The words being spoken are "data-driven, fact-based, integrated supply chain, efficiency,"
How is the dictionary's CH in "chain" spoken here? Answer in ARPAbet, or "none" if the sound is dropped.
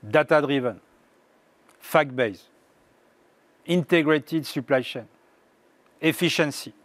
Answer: SH